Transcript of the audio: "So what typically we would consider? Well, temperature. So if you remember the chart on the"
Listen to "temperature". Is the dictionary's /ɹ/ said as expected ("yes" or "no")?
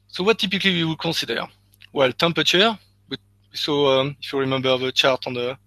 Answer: no